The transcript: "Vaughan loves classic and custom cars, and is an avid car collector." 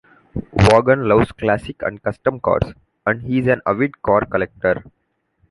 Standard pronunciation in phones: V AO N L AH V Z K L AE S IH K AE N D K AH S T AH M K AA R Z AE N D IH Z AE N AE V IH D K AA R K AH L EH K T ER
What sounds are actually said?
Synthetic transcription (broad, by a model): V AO N L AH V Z K L AE S IH K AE N D K AH S T AH M K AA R S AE N D IH Z AE N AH V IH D K AA R K AH L EH K T ER